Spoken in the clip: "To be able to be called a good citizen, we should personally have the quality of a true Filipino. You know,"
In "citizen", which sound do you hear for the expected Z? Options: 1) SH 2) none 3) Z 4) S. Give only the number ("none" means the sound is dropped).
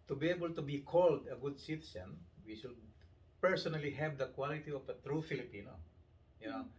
4